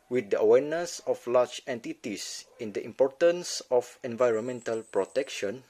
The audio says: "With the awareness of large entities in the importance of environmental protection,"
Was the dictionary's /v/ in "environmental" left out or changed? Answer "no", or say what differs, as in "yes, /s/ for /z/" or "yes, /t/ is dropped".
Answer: no